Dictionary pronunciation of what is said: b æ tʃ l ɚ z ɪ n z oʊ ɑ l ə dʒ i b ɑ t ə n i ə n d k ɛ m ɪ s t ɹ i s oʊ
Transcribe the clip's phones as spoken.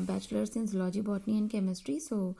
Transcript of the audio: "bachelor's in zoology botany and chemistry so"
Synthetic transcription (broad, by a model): b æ tʃ l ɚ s ɪ n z l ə dʒ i b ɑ t n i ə n k ɛ m ɪ s t ɹ i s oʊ